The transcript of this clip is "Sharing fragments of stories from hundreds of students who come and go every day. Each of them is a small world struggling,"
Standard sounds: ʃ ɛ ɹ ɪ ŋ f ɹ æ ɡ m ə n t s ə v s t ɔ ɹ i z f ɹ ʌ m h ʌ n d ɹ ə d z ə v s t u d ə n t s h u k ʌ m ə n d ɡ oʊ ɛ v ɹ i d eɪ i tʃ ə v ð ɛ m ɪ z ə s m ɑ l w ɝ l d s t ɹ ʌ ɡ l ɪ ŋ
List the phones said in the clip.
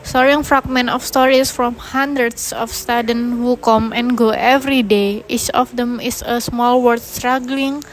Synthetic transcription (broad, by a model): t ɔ ɹ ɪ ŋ f ɹ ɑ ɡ m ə n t ə f s t ɔ ɹ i s f ɹ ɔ m h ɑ n d ɹ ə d s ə f s t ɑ d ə n h u k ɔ m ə n ɡ oʊ ɛ v ɹ i d eɪ i tʃ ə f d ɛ m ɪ s ə s m ɑ l w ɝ d s t ɹ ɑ ɡ l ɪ ŋ